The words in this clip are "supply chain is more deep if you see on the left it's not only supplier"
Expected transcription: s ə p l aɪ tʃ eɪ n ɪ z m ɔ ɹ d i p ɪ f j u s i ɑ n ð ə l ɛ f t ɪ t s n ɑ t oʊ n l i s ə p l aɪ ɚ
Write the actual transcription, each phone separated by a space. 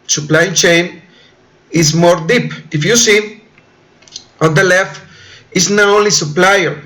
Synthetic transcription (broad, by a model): s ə p l aɪ tʃ eɪ n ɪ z m ɔ ɹ d i p ɪ f j u s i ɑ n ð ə l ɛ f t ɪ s n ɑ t oʊ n l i s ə p l aɪ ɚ